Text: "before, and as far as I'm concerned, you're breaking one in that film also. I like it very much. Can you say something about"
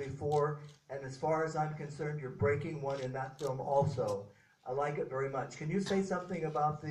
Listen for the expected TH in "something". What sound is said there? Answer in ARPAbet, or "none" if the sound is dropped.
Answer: TH